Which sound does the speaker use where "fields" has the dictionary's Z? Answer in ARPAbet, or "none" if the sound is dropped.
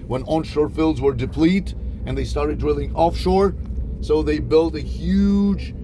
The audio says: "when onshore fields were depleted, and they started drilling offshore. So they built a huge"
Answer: Z